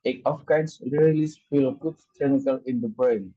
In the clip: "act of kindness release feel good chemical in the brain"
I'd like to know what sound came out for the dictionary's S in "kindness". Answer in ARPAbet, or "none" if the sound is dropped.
none